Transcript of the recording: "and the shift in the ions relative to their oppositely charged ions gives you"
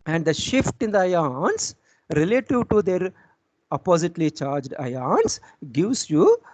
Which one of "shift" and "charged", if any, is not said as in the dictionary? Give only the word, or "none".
none